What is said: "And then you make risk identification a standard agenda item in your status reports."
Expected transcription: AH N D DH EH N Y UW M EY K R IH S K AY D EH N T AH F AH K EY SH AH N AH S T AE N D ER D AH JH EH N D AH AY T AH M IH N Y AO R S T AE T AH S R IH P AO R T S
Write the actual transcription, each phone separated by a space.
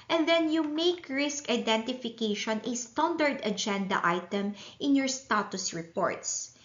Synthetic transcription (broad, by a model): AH N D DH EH N Y UW M EY K R IH S K AY D EH N T AH F AH K EY SH AH N AH S T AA N D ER D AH JH EH N D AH AY T AH M IH N Y AO R S T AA T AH S R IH P AO R T S